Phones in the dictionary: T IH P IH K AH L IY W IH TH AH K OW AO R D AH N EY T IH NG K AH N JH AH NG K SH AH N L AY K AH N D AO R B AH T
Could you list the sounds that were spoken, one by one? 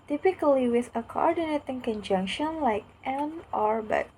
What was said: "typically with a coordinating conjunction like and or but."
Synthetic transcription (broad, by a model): T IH P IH K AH L IY W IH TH AH K OW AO R D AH N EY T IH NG K AH N JH AH NG K SH AH N L AY K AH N AO R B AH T